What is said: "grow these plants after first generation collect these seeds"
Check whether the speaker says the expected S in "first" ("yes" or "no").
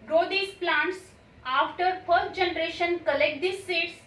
no